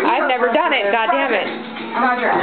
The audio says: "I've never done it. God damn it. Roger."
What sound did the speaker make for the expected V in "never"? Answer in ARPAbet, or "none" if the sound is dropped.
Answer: V